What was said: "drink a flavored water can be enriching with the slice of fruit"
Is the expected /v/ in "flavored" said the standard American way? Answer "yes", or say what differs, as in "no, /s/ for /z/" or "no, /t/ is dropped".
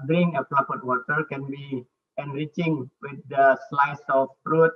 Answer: no, /p/ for /v/